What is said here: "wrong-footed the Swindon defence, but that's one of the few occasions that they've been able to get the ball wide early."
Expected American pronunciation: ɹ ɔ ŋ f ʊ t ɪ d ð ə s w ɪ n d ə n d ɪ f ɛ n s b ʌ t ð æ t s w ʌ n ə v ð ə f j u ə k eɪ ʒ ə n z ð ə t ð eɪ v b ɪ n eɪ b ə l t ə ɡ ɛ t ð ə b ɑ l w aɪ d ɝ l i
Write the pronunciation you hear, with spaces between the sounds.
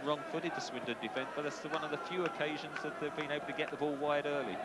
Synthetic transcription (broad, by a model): ɹ ɔ ŋ f ʊ t ɪ d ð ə s w ɪ n d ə d ɪ f ɛ n s b ʌ t ð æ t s w ʌ n ə v ð ə f j u ə k eɪ ʒ ə n z ð ə t ð eɪ v b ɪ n eɪ b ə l t ə ɡ ɛ t ð ə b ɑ l w aɪ d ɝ l i